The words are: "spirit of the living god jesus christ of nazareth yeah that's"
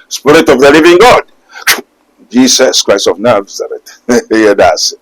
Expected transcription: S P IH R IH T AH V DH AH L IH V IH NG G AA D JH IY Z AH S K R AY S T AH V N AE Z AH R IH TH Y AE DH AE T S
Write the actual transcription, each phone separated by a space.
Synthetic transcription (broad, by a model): S P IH R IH T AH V DH AH L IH V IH NG G AA D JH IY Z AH S K R AY S T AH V N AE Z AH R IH T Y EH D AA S